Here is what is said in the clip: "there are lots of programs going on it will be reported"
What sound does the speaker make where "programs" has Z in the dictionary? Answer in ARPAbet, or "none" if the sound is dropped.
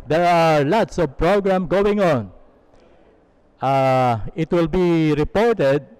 none